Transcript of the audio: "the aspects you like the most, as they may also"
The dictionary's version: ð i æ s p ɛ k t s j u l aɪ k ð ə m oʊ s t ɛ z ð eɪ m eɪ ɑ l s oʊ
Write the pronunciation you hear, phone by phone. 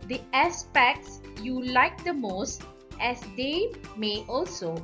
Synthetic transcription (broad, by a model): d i æ s p ɛ k t s j u l aɪ k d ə m oʊ s t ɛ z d eɪ m eɪ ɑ l s oʊ